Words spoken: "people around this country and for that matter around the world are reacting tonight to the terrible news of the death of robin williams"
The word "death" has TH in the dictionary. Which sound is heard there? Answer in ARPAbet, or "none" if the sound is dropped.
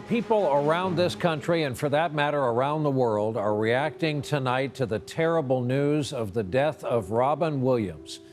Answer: TH